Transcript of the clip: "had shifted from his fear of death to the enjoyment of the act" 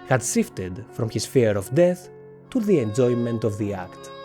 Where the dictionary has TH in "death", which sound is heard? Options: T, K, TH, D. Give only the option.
TH